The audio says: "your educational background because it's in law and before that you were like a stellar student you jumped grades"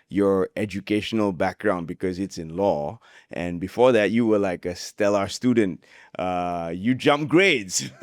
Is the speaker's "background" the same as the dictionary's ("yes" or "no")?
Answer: yes